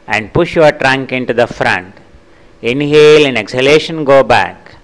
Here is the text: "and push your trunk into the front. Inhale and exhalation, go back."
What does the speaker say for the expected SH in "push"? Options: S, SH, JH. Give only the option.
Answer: SH